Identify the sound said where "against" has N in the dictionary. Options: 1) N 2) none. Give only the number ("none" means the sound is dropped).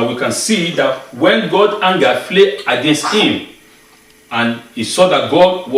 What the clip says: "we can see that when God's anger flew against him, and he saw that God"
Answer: 1